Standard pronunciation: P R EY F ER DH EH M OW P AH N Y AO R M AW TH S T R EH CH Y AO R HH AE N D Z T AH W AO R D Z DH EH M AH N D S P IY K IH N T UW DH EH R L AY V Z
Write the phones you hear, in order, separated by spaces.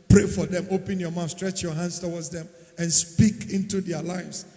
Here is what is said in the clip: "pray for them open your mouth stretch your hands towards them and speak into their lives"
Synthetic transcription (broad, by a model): P R EY F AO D EH M OW P AH N Y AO M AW F S T R EH CH Y AO HH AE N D S T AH W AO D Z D EH M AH N S P IY K IH N T UW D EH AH L AY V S